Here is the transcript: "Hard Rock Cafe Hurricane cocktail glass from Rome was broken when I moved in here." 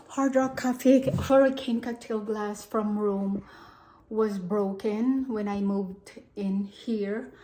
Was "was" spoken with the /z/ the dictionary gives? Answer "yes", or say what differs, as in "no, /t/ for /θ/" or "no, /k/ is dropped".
yes